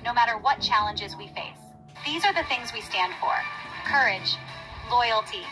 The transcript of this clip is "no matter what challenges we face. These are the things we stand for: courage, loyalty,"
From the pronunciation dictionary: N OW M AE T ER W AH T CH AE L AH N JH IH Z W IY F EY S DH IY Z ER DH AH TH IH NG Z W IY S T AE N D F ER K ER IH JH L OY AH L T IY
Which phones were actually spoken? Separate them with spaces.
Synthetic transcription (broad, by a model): N OW M AE T ER W AH T CH AE L AH N JH IH Z W IY F EY S DH IY Z ER DH AH TH IH NG Z W IY S T AE N D F ER K ER IH JH L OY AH L T IY